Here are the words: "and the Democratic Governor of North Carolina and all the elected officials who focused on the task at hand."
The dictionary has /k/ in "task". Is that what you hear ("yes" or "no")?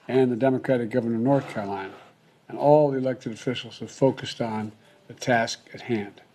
yes